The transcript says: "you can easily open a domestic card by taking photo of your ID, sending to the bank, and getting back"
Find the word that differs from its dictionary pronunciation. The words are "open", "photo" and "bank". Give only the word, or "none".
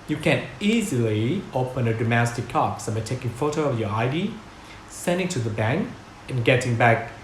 none